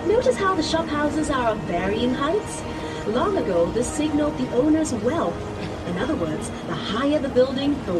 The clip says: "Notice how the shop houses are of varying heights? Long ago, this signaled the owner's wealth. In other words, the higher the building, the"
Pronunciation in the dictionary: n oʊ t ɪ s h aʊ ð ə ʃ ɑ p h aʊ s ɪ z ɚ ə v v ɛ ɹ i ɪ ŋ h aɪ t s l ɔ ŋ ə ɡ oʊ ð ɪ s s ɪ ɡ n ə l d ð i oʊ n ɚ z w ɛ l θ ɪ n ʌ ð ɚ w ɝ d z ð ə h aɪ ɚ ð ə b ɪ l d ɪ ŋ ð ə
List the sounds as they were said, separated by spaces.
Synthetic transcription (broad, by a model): n oʊ t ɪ s h aʊ ð ə ʃ ɑ p h aʊ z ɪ z ɚ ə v v ɛ ɹ i ɪ ŋ h aɪ t s l ɔ ŋ ə ɡ oʊ ð ɪ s s ɪ ɡ n l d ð i oʊ n ɚ z w ɛ l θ ɪ n ʌ ð ɚ w ɝ d z ð ə h aɪ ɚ ð ə b ɪ l d ɪ ŋ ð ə